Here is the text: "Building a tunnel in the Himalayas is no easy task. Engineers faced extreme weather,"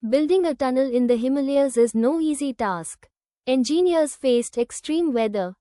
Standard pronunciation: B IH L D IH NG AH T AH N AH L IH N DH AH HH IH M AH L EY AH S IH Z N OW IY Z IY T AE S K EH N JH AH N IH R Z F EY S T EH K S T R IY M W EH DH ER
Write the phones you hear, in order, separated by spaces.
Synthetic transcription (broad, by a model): B IH L D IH NG AH T AH N AH L IH N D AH HH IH M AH L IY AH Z IH Z N OW IY Z IY T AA S K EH N JH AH N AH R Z F EY S T EH K S T R IY M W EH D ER